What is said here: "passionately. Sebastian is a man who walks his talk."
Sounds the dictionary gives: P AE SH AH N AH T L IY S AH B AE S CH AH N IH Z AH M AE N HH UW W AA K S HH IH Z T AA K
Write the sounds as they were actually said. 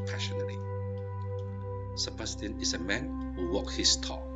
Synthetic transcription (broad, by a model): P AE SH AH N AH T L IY S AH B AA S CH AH N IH S AH M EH N HH UW W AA K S HH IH S T AA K